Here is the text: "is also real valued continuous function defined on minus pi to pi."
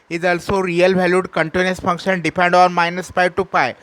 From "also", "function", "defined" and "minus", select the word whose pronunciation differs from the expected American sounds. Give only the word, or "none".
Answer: defined